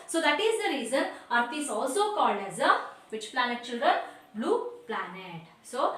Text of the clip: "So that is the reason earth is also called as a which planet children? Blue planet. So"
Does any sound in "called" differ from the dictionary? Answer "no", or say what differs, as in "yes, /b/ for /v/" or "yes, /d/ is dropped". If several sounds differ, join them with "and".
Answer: no